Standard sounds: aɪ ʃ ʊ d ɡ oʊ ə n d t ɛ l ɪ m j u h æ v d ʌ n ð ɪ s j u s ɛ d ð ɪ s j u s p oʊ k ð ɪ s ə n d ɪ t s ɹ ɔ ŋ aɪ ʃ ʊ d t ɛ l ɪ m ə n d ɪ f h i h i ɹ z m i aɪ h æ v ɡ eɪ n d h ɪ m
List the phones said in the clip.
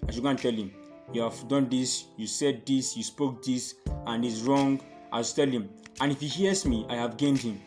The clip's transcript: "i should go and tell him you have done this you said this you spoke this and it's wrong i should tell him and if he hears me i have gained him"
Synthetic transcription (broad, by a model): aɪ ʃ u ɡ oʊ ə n t ɛ l ɪ m j u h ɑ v d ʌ n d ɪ s j u s ɛ d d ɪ s j u s p oʊ k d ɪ s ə n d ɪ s ɹ ɔ ŋ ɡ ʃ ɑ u t ɛ l ɪ m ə n ɪ f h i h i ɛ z m i aɪ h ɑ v ɡ eɪ n d h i m